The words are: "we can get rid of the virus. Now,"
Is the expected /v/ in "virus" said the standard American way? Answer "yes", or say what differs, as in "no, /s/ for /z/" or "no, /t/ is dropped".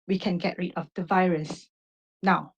yes